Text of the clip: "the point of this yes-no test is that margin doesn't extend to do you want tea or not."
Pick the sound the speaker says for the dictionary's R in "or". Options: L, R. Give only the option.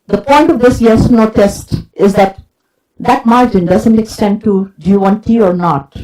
R